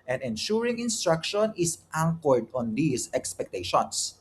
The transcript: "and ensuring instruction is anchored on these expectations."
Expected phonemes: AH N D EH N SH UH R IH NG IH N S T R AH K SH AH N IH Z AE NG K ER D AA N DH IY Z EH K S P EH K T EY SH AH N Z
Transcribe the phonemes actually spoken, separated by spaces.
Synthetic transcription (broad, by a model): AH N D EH N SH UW R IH NG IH N S T R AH K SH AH N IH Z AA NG K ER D AA N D IY S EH K S P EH K T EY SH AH N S